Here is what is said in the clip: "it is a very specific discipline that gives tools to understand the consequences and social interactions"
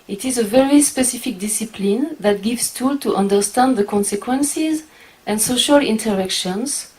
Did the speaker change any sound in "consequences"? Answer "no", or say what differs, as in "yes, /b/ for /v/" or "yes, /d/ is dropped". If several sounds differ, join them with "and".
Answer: no